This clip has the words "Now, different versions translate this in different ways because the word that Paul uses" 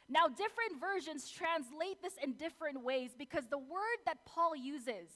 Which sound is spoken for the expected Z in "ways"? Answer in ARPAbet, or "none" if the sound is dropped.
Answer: Z